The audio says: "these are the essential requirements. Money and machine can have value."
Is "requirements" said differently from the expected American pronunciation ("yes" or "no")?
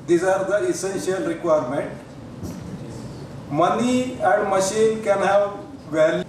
yes